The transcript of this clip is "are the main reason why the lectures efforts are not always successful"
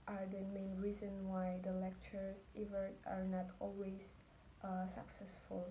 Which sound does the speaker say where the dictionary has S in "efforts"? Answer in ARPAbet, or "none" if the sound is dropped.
none